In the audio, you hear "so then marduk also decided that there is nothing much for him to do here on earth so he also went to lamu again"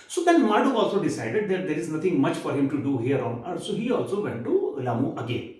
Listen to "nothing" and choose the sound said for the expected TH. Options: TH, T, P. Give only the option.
T